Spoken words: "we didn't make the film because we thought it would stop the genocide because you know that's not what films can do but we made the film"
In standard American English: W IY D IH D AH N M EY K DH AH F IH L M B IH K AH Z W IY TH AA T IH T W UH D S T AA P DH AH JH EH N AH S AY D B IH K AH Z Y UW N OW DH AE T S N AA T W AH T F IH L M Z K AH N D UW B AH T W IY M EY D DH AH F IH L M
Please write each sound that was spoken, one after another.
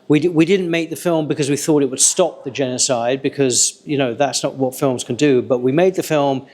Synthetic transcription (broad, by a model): W IY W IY D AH N M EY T DH AH F IH L M B IH K AH Z W IY TH AA T IH T W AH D S T AA P DH AH JH EH N AH S AY D B IH K AH Z Y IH N OW DH AE T S N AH T W AH T F IH L M Z K AH N D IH B AH T W IY M EY D DH AH F IH L M